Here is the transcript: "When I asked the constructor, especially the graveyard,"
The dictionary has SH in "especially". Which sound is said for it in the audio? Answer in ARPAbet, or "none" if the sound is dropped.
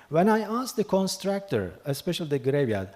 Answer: SH